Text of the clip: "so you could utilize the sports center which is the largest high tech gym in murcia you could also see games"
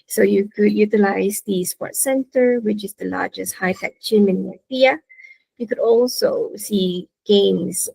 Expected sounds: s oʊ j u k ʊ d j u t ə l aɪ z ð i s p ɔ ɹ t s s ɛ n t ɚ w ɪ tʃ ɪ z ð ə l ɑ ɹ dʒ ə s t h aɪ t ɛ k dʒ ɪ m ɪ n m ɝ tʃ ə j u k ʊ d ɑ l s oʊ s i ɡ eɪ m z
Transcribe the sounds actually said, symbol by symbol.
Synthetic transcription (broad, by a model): s oʊ j u k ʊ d j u t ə l aɪ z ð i s p ɔ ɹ t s s ɛ n t ɚ w ɪ tʃ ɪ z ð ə l ɑ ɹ dʒ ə s t h aɪ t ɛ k ʃ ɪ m ɪ n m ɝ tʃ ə j u k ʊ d ɑ l s oʊ s i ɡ eɪ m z